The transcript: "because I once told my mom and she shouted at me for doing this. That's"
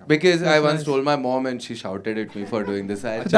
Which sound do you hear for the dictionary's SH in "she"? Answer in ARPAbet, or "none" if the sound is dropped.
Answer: SH